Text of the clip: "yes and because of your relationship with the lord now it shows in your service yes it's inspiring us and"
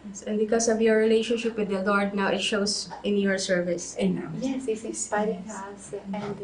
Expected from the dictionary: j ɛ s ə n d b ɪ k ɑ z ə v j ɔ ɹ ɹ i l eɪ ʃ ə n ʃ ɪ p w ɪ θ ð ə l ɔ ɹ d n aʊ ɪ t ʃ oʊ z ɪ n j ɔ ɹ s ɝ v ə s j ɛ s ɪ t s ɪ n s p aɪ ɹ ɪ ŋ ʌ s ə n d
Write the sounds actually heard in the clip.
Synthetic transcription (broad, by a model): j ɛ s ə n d b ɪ k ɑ s ə v j ɔ ɹ ɹ i l eɪ ʃ ə n ʃ ɪ p w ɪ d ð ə l ɔ ɹ d n aʊ ɪ t ʃ oʊ s ɪ n j ɔ ɹ s ɝ v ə s j ɛ s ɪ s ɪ s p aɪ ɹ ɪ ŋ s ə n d